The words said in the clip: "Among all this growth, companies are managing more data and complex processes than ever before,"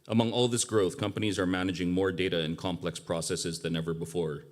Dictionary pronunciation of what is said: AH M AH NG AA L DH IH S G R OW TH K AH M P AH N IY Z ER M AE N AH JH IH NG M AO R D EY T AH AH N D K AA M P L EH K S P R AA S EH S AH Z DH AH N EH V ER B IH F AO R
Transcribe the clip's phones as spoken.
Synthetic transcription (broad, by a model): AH M AH NG AA L DH IH S G R OW TH K AH M P AH N IY Z ER M AE N AH JH IH NG M AO R D EY T AH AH N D K AA M P L EH K S P R AA S EH S AH Z DH AH N EH V ER B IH F AO R